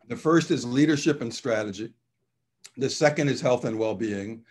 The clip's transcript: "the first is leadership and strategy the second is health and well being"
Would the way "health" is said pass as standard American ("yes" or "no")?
yes